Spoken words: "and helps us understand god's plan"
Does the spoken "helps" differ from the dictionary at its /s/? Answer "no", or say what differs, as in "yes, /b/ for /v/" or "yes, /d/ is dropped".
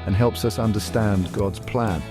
no